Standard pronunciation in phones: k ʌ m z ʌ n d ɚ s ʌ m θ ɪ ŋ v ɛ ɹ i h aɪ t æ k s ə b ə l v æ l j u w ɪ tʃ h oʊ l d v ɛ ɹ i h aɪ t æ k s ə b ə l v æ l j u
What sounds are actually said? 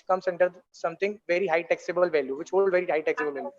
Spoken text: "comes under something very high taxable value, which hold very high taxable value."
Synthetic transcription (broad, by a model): k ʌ m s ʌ n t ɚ s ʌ m t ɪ ŋ v ɛ ɹ i h aɪ t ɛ k s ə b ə l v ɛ l j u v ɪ tʃ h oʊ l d v ɛ ɹ i h aɪ t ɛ k s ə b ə l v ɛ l j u